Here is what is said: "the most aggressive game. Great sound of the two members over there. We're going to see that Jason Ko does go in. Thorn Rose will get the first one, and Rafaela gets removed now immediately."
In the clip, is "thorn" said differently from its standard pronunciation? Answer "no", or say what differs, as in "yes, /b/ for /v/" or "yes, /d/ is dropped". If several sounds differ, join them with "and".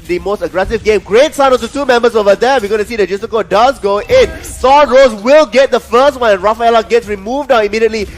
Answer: yes, /s/ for /θ/